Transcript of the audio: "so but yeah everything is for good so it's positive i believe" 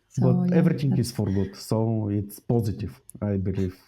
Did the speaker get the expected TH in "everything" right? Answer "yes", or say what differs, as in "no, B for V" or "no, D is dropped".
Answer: no, T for TH